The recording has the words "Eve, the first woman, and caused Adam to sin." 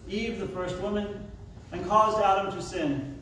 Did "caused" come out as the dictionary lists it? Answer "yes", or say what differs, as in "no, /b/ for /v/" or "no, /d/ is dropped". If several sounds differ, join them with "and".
yes